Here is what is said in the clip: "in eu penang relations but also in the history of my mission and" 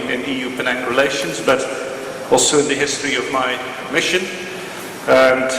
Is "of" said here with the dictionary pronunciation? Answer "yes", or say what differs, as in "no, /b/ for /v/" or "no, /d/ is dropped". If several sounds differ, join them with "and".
yes